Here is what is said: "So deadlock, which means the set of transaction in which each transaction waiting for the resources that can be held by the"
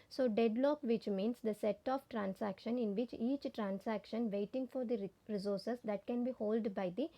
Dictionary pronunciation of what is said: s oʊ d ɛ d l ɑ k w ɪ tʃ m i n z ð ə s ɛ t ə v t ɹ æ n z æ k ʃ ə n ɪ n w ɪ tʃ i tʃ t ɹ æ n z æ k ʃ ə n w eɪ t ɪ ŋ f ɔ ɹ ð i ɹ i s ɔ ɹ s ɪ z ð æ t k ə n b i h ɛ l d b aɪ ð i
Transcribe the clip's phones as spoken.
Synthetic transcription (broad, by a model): s oʊ d ɛ d l ɑ k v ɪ tʃ m i n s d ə s ɛ t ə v t ɹ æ n s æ k ʃ ə n ɪ n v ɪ tʃ i tʃ t ɹ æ n s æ k ʃ ə n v eɪ t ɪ ŋ f ɔ ɹ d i ɹ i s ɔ ɹ s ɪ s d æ t k ə n b i h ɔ l d b aɪ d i